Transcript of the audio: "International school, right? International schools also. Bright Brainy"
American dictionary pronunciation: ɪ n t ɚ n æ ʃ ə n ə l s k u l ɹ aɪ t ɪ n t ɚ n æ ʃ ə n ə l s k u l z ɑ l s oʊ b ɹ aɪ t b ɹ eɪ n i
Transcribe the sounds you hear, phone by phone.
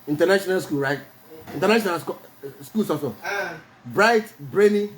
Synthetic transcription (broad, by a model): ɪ n t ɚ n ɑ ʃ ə n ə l s k u l ɹ aɪ t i n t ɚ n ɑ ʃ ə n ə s s k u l s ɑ s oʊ b ɹ aɪ t b ɹ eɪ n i